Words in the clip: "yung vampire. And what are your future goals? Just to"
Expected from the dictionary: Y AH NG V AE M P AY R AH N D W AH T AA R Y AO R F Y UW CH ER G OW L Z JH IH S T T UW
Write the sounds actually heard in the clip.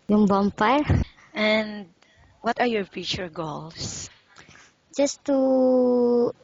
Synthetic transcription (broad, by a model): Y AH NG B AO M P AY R AH N D W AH T AA R Y AO R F Y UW CH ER G OW L S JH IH S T T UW